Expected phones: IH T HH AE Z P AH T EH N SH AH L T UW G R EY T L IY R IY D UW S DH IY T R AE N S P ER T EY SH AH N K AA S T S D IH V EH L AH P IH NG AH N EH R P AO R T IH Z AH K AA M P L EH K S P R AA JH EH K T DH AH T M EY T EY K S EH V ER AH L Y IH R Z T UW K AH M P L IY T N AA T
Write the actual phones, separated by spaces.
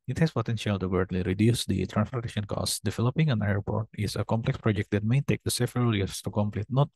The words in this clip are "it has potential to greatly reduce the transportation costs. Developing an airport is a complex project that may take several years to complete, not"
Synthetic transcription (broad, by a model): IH T HH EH S P AH T EH N SH AH L T UW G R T L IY R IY D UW S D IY T R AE N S F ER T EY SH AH N K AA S S D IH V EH L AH P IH NG AH N EH R P AO R T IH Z AH K AA M P L EH K S P R AA JH EH K T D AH T M EY T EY K S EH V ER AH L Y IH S T UW K AH M P L IY T N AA T